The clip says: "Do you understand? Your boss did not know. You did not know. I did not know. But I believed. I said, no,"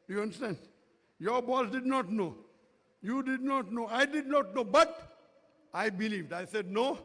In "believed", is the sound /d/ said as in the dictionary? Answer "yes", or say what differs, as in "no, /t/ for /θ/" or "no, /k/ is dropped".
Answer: yes